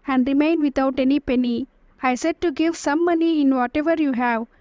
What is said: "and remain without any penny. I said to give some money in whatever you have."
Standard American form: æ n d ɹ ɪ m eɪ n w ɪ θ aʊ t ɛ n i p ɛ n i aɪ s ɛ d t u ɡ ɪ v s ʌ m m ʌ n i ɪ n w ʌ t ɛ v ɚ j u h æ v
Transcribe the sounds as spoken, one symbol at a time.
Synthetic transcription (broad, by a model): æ n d ɹ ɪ m eɪ n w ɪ t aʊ t ɛ n i p ɛ n i aɪ s ɛ d t u ɡ ɪ v s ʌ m m ʌ n i ɪ n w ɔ t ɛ v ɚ j u h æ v